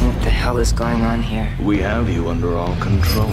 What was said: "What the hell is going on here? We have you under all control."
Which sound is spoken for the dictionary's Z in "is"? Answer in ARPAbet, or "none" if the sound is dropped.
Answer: Z